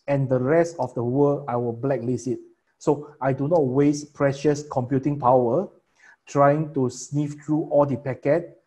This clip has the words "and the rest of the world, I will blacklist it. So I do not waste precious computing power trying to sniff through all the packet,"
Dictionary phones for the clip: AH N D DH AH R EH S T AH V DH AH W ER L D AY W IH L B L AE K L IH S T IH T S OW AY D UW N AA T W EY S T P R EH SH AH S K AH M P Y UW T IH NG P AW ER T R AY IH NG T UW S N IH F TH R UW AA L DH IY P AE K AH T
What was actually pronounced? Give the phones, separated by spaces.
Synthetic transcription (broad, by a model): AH N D AH R EH S T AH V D AH W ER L AY W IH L B L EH K L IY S IH T S OW AY D UW N AA T W EY S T P R EH SH AH S K AH M P Y UW T IH NG P AW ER T R AY IH NG T UW S N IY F T R UW AA L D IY P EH K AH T